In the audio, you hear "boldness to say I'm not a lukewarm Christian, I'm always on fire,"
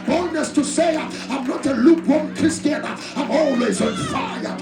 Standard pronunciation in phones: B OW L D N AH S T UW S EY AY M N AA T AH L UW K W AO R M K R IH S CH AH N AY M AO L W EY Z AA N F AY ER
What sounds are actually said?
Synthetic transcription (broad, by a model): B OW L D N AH S T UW S EY AY M N AA T AH L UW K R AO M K IH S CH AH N AY M AO L W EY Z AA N F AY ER